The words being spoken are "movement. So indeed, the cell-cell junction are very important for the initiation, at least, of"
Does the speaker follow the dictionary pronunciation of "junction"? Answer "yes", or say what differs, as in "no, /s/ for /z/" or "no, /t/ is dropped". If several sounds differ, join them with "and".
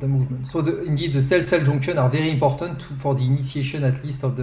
no, /ʒ/ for /dʒ/ and /ŋ/ is dropped